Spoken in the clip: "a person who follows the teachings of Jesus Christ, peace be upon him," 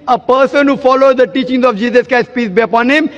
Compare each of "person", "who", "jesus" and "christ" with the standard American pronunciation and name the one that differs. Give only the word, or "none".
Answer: christ